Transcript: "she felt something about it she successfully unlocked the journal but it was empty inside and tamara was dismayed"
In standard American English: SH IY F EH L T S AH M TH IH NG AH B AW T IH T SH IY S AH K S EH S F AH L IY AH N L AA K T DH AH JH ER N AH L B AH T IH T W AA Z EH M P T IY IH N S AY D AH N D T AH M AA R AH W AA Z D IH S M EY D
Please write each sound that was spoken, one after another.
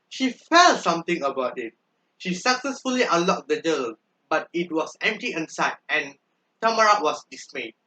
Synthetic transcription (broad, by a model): SH IY F EH L S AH M T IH NG AH B AW T IH T SH IY S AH K S EH S F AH L IY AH L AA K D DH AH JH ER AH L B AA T IH T W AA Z EH M P T IY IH N S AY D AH N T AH M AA R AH W AA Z D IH S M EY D